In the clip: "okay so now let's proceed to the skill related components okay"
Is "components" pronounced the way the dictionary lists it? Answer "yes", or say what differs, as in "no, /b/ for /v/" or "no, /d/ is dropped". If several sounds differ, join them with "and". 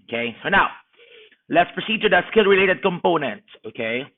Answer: no, /s/ is dropped